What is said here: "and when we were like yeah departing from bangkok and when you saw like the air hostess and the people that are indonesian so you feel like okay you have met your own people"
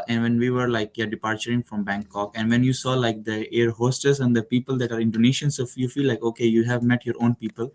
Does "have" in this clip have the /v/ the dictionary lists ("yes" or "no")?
yes